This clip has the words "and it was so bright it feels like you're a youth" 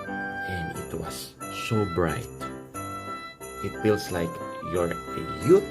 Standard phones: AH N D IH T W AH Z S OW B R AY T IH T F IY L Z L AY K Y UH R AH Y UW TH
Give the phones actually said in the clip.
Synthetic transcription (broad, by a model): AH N IH T W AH S OW B R AY T IH T F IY L S L AY K Y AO R AH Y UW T